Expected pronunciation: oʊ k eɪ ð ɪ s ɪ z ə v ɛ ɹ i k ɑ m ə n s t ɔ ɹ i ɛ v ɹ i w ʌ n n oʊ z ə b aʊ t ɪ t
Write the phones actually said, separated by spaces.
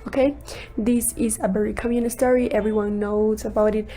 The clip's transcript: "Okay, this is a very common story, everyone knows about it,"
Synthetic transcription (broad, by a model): oʊ k eɪ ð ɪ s ɪ z ə b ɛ ɹ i k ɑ m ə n s t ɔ ɹ i ɛ v ɹ i w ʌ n n oʊ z ə b aʊ t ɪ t